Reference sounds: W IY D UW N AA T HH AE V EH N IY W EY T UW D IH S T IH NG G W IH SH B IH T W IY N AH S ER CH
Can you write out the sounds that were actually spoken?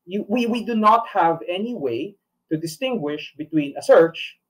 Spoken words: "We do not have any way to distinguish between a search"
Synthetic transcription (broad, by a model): W IY D UW N AA T HH AE V EH N IY W EY T UW D IH S T IH NG G W IH SH B IH T W IY N AH S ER CH